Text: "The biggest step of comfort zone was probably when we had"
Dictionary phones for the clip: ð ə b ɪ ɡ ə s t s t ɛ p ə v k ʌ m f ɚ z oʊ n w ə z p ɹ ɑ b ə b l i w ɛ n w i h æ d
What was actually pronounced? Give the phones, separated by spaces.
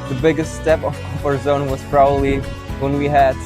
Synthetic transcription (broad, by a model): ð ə b ɪ ɡ ə s t s t ɛ p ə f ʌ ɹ z oʊ n w ə z p ɹ ɑ b ə b l i w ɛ n w i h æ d